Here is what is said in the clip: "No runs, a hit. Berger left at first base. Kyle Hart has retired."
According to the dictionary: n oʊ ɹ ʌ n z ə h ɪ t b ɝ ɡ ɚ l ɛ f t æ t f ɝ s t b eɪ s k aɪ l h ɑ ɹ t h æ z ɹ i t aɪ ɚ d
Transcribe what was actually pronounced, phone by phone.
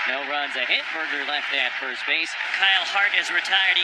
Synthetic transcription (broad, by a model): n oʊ ɹ ʌ n z ə h ɪ t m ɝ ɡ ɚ l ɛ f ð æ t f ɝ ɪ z b eɪ s k aɪ l h ɑ ɹ t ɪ z ɹ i t aɪ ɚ d